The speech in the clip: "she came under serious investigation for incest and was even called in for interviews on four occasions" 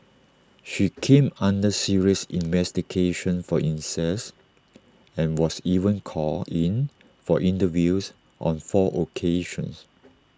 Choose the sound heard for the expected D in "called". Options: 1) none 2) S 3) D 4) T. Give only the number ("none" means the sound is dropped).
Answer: 1